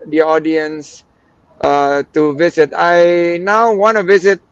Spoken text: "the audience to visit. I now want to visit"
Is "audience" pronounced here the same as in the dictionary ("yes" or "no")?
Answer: yes